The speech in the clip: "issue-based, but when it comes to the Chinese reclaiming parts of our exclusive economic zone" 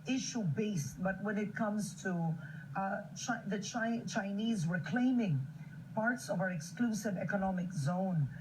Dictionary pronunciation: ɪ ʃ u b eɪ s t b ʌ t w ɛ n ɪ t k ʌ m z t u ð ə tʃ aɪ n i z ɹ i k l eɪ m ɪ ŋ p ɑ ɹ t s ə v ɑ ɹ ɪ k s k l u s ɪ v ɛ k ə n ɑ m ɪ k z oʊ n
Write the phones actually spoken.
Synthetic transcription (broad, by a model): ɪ ʃ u b eɪ s t b ʌ t w ɛ n ɪ t k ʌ m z t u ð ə tʃ aɪ n i z w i k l eɪ m ɪ ŋ p ɑ ɹ t s ə v ɑ ɹ ɪ k s k l u s ɪ v ɛ k ə n ɑ m ɪ k z oʊ n